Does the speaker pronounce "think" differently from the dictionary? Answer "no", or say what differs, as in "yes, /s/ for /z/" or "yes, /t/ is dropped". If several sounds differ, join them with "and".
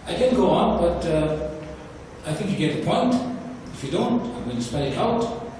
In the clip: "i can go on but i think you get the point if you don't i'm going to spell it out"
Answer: no